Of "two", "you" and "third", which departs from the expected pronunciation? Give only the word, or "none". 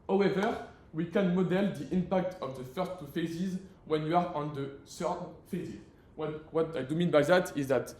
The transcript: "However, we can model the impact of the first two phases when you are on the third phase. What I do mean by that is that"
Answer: third